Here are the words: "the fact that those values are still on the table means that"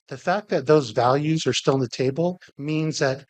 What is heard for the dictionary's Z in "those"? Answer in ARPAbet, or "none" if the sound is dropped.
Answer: Z